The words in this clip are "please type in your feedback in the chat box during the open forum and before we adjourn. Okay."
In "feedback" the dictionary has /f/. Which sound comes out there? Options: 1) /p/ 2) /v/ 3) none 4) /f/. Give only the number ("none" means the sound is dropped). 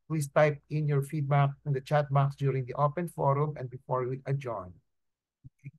4